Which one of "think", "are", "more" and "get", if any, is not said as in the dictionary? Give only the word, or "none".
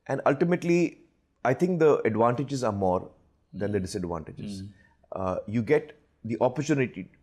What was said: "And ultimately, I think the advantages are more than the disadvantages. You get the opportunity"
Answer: think